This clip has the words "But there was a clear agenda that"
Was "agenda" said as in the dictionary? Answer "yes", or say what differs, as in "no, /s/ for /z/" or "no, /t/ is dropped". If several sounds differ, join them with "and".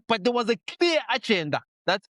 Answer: no, /tʃ/ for /dʒ/